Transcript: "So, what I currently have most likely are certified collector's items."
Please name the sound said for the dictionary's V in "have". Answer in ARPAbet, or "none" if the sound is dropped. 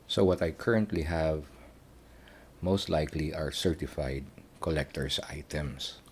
V